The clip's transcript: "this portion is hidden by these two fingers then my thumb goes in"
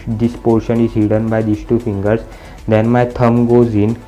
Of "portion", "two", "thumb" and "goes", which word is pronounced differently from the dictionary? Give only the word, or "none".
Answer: thumb